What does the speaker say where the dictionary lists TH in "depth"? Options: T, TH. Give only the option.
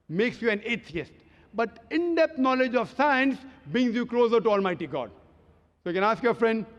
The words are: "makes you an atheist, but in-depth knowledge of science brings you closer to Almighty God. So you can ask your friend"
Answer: T